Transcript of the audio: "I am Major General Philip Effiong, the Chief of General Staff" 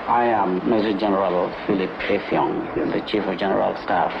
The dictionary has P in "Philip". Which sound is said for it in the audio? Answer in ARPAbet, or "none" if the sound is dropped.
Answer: P